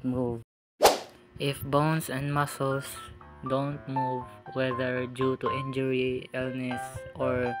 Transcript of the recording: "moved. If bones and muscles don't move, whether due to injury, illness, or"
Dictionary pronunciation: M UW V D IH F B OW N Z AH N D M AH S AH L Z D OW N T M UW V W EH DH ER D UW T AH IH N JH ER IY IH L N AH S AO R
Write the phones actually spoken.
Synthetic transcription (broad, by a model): M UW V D IH F B OW N S AH N D M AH S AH L S D OW N T M UW V W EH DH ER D UW T AH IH N JH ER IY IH L N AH S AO R